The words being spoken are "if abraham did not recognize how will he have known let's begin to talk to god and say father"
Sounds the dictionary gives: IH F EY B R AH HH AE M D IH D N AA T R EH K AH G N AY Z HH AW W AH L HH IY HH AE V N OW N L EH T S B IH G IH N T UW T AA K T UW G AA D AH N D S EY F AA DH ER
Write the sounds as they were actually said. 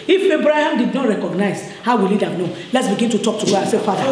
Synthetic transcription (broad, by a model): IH F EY B R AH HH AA M D IH D N AA T R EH K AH G N AY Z HH AW W AH L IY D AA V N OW L EH T S B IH G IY N T UW T AA K T UW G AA AH S EY F AA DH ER